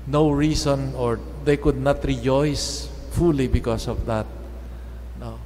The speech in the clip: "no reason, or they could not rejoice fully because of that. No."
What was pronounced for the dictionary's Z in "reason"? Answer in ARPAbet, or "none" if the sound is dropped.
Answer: S